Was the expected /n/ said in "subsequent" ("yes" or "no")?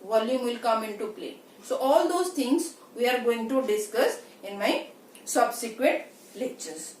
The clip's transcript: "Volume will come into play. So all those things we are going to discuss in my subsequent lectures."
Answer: no